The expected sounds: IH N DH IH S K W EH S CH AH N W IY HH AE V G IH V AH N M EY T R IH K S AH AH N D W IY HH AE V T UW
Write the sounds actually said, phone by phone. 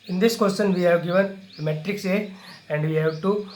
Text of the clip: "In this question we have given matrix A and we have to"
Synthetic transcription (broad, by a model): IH N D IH S K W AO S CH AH N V IY HH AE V G IH V AH N M EY T R IH K S AH AH N D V IY HH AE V T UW